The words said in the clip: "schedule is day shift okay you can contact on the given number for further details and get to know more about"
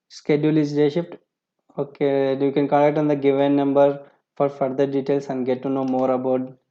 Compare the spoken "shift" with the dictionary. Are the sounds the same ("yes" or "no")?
no